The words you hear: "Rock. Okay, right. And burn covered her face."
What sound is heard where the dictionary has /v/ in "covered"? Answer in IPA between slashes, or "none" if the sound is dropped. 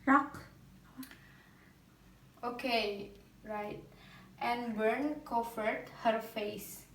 /f/